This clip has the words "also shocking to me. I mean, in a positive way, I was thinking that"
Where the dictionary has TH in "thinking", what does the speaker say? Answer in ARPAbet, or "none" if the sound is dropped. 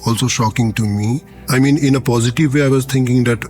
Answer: T